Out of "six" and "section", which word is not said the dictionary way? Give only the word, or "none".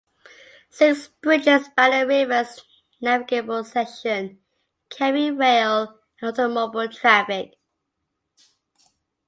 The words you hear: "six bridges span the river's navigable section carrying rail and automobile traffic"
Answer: section